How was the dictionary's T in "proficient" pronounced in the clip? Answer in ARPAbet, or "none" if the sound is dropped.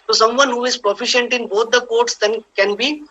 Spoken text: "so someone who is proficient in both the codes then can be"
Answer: T